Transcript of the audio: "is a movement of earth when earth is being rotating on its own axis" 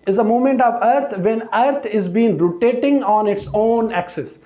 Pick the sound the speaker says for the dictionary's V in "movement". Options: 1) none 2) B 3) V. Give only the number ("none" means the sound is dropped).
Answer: 1